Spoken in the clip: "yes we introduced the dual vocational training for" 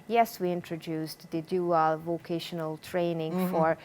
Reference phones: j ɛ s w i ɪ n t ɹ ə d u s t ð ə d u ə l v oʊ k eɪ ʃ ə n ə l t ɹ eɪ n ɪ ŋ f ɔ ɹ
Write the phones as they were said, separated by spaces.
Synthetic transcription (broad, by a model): j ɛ s w i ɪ n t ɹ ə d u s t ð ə d u ə l v oʊ k eɪ ʃ ə n ə l t ɹ eɪ n ɪ ŋ f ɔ ɹ